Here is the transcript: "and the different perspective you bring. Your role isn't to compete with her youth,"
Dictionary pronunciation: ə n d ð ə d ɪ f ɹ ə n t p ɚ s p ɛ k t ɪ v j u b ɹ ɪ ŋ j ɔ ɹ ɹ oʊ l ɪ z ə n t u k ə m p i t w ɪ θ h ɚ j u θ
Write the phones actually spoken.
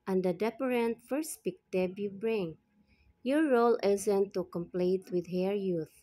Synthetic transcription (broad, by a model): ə n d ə d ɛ p ɹ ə n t f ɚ s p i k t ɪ b j u b ɹ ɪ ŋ j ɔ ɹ ɹ oʊ l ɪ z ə n t u k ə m p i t w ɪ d h ɚ j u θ